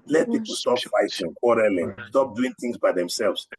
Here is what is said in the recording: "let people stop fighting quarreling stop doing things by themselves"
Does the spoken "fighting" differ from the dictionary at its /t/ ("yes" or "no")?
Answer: yes